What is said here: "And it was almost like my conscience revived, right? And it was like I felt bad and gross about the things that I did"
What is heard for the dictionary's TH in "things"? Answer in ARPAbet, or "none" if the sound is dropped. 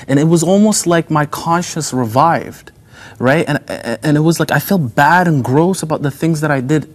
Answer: TH